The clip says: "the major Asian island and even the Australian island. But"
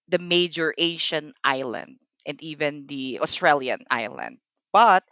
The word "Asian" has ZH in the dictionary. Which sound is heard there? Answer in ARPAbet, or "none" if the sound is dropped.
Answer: SH